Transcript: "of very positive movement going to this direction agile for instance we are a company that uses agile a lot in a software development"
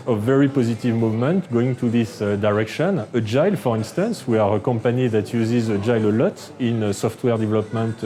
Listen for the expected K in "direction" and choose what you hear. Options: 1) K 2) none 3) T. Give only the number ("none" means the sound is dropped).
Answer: 1